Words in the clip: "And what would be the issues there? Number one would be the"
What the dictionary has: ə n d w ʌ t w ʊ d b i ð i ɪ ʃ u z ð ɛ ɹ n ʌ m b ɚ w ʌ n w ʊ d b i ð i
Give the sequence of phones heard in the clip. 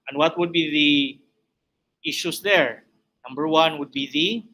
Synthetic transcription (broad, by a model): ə n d w ʌ t w ʊ d b i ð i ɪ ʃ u s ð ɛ ɹ n ʌ m b ɚ w ʌ n w ʊ d b i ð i